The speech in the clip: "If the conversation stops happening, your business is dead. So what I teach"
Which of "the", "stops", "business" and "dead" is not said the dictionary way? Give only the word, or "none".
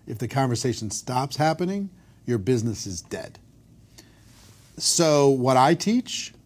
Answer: none